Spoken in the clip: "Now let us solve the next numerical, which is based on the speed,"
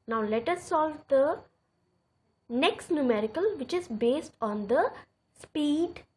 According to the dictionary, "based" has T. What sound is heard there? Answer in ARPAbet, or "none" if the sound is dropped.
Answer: T